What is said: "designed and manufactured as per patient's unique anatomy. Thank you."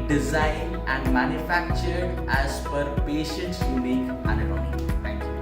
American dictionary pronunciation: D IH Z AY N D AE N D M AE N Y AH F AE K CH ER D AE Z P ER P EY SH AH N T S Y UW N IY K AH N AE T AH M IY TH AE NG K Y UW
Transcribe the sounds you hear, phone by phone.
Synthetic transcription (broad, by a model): D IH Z AY N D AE N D M AE N Y AH F AE K CH ER D AE Z F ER P EY SH AH N T S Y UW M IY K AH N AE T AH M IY T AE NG K Y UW